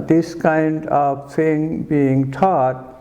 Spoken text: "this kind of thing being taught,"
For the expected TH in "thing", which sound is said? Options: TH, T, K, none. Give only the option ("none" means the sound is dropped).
T